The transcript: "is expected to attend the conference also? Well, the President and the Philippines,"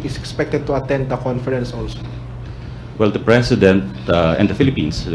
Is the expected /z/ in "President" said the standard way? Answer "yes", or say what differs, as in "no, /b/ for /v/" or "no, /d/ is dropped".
no, /s/ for /z/